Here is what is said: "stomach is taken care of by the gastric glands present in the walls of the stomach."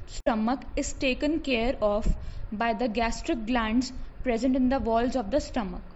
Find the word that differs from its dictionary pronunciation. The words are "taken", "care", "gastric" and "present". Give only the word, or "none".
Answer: none